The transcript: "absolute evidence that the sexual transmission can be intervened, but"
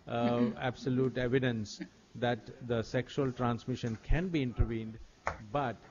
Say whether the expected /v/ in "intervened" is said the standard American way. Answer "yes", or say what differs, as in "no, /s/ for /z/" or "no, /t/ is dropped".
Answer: yes